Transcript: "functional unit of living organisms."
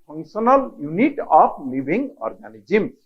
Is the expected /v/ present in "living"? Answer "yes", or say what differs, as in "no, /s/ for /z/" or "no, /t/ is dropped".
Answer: no, /b/ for /v/